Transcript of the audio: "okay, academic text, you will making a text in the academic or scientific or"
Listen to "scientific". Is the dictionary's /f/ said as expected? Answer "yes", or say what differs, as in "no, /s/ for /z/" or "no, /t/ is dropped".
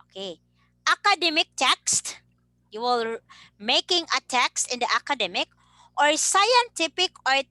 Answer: no, /p/ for /f/